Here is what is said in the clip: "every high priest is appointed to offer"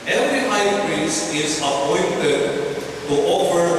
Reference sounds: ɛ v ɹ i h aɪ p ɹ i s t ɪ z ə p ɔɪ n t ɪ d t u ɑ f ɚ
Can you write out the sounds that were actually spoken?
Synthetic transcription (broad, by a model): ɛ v ɹ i h aɪ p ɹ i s ɪ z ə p ɔɪ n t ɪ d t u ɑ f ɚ